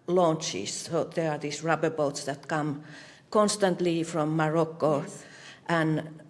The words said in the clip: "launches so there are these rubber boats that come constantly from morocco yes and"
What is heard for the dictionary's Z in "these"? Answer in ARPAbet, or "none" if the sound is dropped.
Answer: S